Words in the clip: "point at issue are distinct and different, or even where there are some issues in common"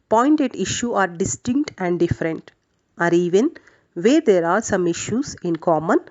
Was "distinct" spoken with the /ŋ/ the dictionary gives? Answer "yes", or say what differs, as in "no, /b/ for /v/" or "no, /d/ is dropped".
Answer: yes